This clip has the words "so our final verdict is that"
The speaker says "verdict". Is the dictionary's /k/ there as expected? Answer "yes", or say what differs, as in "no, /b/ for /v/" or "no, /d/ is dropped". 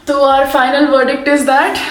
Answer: yes